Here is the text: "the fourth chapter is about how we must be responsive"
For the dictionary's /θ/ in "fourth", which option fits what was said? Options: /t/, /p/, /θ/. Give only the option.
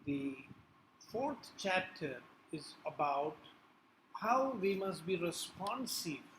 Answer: /t/